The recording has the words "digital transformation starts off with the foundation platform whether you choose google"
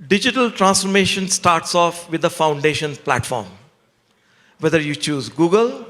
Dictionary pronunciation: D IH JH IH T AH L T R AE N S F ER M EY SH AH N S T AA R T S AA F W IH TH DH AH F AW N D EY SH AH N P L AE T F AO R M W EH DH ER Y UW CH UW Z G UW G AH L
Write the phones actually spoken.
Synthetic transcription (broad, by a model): D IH JH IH T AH L T R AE N S F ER M EY SH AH N S T AA R T S AA F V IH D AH F AW N D EY SH AH N P L AE T F AO R M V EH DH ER Y UW CH UW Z G UW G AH L